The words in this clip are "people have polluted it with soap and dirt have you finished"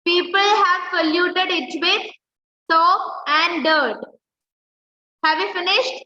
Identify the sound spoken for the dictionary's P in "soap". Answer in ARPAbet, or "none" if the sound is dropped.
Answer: none